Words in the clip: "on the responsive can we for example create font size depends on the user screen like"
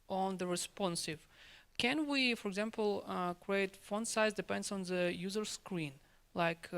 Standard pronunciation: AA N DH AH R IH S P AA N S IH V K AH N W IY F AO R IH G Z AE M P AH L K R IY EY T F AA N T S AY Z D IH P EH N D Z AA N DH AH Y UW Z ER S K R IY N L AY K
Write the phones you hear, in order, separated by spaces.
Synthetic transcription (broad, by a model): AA N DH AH R IH S P AA N S IH V K AH N W IY F AO R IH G Z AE M P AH L K R IY EY T F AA N S AY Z D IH P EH N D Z AA N DH AH Y UW Z ER S K R IY N L AY K